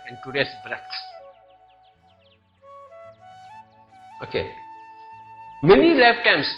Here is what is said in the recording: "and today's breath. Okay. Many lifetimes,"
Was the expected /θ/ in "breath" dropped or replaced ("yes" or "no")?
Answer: yes